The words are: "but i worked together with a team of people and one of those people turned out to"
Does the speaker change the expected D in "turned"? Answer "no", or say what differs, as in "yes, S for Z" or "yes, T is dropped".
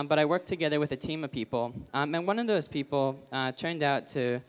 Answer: no